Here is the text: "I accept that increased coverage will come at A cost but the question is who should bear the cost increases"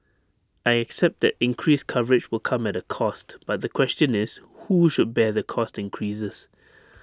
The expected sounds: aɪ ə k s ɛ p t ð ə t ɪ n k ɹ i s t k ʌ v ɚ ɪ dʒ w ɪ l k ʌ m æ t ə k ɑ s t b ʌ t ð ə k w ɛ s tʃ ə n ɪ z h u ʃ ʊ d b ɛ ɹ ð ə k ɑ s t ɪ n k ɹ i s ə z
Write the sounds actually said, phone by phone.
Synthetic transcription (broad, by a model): aɪ ə k s ɛ p t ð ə t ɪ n k ɹ i s k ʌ v ɚ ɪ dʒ w ɪ l k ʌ m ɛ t ə k ɑ s t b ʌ t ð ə k w ɛ s tʃ ə n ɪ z h u ʃ ʊ d b ɛ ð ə k ɑ s t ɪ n k ɹ i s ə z